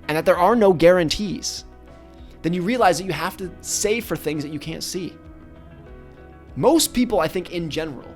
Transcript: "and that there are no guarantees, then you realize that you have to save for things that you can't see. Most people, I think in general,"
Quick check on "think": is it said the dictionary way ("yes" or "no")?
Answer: yes